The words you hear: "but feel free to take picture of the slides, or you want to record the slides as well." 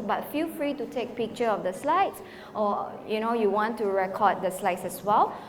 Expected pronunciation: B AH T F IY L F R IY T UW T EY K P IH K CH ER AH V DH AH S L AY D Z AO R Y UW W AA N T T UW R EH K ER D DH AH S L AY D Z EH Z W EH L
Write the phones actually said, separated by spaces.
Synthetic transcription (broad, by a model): B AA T F IY L F R IY T UW T EY K P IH K CH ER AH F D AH S L AY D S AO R Y UW W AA N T T UW R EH K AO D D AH S L AY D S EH S W EH L